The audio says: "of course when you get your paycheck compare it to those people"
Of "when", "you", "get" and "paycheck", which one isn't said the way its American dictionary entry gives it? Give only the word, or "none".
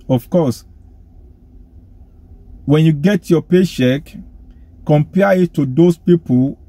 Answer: paycheck